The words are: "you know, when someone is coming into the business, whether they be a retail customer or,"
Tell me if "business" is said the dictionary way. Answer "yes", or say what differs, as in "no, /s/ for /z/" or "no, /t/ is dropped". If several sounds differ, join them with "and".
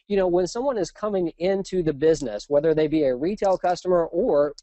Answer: yes